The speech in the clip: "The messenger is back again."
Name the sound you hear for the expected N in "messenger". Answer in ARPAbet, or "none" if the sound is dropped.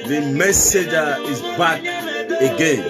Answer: none